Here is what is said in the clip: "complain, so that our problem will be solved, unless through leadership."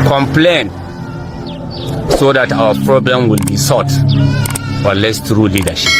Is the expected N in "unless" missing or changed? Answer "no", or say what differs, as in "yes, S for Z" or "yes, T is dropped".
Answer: yes, N is dropped